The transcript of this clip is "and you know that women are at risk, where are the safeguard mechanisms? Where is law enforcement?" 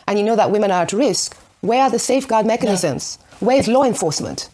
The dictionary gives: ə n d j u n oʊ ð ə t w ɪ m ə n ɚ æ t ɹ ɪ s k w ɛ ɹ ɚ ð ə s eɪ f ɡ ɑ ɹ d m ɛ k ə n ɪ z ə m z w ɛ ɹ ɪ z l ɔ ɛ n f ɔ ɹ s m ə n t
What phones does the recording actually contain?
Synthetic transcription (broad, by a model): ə n j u n oʊ ð ə t w ɪ m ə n ɚ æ t ɹ ɪ s k w ɛ ɹ ɚ ð ə s eɪ f ɡ ɑ ɹ d m ɛ k ə n ɪ z ə m z w ɛ ɹ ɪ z l ɔ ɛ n f ɔ ɹ s m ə n t